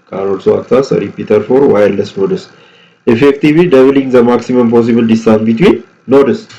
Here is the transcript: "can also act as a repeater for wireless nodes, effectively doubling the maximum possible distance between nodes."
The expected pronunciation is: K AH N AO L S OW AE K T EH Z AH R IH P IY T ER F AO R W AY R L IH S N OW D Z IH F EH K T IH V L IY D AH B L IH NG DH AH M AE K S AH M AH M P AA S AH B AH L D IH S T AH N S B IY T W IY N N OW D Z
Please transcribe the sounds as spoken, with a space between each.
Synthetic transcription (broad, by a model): K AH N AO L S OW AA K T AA S AH R IH P IY T ER F AO R W AY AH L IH S N OW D S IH F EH K T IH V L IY D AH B L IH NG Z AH M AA K S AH M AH M P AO S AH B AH L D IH S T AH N B IY T W IY N N OW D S